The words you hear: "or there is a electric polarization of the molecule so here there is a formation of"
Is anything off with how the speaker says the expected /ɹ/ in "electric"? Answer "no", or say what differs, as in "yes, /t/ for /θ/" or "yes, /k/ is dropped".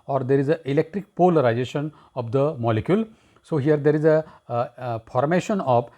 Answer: no